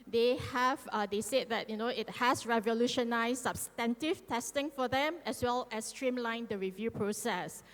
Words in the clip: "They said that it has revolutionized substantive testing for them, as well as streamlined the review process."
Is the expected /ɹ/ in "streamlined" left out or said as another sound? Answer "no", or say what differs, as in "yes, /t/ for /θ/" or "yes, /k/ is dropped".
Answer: no